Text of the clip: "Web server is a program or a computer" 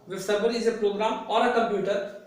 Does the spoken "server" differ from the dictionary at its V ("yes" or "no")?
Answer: yes